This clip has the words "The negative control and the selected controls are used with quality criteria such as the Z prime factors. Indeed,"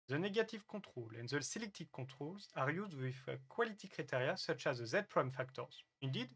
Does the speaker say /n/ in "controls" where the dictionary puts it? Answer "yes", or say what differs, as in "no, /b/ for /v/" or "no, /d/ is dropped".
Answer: no, /n/ is dropped